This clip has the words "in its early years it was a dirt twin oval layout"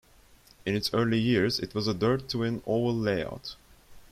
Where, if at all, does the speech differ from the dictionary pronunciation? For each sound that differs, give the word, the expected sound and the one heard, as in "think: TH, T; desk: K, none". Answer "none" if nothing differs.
oval: V, none